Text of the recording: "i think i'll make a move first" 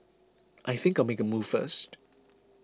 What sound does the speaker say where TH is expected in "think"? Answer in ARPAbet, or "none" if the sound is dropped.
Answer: TH